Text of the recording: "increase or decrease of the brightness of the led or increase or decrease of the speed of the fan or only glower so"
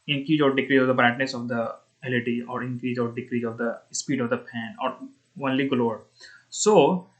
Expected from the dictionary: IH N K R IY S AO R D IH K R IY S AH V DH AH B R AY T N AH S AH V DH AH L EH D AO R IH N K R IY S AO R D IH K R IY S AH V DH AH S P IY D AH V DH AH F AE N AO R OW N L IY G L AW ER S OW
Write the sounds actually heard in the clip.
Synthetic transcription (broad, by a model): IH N K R IY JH AO R D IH K R IY AH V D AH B R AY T N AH S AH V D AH L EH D AO R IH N K R IY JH AO R D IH K R IY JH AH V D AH S P IY D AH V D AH P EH N AO R OW N L IY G L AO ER S OW